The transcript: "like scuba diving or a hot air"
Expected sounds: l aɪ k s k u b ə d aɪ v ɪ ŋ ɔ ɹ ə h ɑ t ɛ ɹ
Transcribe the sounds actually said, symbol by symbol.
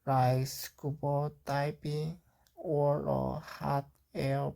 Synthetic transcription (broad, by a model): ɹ aɪ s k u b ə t aɪ p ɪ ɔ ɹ ə h ɑ t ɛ